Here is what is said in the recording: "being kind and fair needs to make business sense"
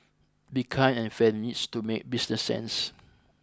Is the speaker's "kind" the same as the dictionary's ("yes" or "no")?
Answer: no